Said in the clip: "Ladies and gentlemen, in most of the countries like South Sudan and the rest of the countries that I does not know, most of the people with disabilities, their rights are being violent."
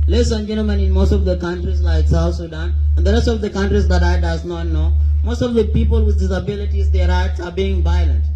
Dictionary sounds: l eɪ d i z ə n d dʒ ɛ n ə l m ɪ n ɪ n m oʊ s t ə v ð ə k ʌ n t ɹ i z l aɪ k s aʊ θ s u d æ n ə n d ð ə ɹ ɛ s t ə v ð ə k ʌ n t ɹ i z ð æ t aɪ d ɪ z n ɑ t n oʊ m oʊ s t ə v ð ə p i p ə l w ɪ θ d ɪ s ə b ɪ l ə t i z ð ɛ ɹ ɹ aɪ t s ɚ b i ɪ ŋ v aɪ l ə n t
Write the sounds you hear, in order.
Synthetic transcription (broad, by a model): l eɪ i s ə n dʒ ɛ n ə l m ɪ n ɪ n m oʊ s t ə v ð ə k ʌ n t ɹ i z l aɪ k s aʊ θ s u d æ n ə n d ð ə ɹ ɛ s t ə v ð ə k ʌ n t ɹ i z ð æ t aɪ d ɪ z n ɑ t n oʊ m oʊ s t ə v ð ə p i p ə l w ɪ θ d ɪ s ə b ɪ l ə t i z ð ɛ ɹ ɹ aɪ t s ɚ b i ɪ ŋ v aɪ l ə n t